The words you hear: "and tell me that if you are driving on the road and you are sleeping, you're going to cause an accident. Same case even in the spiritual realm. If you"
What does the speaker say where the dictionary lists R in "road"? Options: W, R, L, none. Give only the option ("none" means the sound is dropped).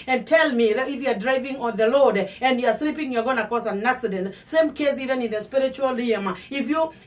L